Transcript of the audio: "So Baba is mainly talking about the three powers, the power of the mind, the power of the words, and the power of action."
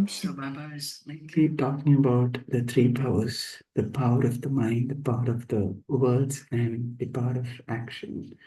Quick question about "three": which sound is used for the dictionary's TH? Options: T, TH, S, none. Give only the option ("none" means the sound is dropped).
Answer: T